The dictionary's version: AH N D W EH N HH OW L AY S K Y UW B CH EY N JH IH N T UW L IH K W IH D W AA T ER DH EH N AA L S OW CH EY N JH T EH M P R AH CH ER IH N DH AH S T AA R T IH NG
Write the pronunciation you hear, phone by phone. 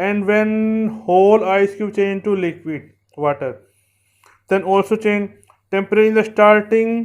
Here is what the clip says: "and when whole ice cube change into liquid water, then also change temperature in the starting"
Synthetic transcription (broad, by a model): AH N D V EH N HH OW L AY S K Y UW CH EY N JH T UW L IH K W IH D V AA T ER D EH N AA L S OW CH EY N JH T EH M P AH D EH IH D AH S T AA R T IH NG